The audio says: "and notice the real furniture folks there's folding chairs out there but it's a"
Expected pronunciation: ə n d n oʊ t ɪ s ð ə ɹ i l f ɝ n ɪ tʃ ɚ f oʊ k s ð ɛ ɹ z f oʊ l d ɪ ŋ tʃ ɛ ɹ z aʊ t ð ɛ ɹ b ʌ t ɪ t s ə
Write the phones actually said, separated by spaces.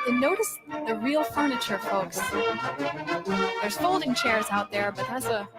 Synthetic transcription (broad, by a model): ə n n oʊ t ɪ s ð ə ɹ i l f ɝ n ɪ tʃ ɚ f oʊ k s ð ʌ ɹ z f oʊ l d ɪ ŋ tʃ ɛ ɹ z aʊ t ð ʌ ɹ b ʌ t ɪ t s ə